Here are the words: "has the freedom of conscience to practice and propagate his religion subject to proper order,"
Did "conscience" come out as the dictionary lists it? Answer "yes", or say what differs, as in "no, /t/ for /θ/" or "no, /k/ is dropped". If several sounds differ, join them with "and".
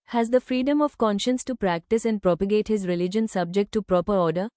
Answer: yes